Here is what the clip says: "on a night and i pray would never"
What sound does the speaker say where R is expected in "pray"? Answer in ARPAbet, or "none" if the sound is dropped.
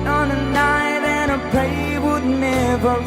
none